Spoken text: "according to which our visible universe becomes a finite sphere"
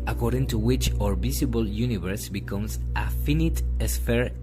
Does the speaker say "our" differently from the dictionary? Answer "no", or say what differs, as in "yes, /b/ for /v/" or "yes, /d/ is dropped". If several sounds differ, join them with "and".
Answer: no